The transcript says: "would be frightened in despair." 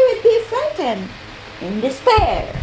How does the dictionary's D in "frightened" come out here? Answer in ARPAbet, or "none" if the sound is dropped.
none